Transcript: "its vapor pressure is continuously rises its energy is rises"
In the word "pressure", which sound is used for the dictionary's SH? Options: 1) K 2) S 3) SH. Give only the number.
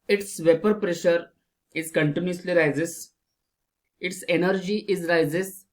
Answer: 3